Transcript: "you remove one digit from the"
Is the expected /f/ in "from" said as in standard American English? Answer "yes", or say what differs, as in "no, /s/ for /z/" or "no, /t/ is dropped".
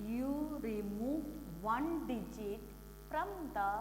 no, /p/ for /f/